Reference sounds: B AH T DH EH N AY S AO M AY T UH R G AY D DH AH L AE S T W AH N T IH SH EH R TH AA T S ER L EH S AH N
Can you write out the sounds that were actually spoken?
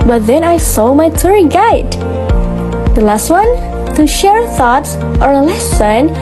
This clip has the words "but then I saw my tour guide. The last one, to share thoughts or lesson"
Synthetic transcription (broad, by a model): B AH T DH EH N AY S AO M AY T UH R G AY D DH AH L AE S T W AH N T IH SH EH R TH AA T S ER L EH S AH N